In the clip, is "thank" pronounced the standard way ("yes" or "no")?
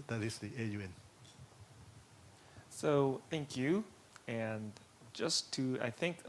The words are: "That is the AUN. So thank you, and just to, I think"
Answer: yes